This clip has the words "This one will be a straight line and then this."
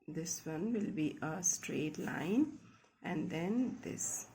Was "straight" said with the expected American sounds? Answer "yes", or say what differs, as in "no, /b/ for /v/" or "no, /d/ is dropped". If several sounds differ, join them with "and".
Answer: yes